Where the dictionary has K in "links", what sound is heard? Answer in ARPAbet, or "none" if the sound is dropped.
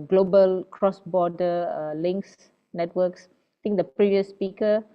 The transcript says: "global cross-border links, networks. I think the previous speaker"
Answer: K